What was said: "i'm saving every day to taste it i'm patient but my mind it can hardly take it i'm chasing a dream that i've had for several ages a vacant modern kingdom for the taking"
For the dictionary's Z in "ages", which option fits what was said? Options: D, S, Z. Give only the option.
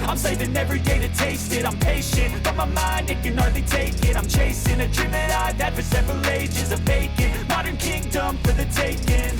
Z